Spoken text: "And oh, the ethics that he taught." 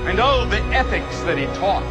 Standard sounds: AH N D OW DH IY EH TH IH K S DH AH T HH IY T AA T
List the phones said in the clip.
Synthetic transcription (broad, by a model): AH N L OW DH IY EH TH IH K S DH AH T HH IY T AA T